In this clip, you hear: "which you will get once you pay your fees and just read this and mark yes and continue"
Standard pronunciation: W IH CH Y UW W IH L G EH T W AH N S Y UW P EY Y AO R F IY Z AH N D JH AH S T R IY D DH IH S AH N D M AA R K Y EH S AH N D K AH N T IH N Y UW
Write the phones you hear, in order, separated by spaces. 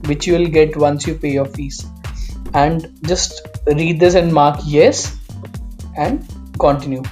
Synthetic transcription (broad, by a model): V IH CH Y UW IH L G EH T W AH N S Y UW P EY Y AO R F IY S AH N D JH AH S T R IY D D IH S AH N D M AA R K Y EH S AH N D K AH N T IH N Y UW